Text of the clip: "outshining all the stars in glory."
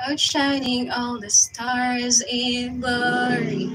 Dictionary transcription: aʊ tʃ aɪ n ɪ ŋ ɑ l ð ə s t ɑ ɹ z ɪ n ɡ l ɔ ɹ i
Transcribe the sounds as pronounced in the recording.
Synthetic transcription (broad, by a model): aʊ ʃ aɪ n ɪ ŋ ɑ l ð ə s t ɑ ɹ z ɪ n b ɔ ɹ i